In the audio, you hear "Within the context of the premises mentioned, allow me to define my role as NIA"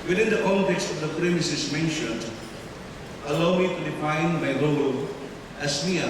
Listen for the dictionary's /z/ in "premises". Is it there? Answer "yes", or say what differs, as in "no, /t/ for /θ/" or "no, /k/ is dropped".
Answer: no, /s/ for /z/